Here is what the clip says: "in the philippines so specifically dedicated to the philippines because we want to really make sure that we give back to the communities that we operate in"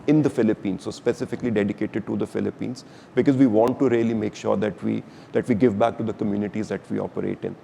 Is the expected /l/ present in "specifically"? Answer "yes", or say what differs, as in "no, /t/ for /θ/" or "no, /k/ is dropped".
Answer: yes